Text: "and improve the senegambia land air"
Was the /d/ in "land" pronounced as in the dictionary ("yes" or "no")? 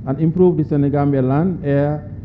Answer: no